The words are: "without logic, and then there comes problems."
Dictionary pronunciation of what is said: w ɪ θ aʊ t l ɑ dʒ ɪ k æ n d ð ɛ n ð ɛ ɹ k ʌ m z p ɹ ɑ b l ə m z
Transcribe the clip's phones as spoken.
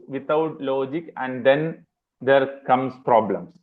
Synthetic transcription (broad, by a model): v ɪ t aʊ t l ɑ dʒ ɪ k æ n d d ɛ n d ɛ ɹ k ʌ m s p ɹ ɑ b l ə m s